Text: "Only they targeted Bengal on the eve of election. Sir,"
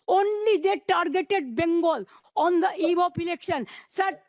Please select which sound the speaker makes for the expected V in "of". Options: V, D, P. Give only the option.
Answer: P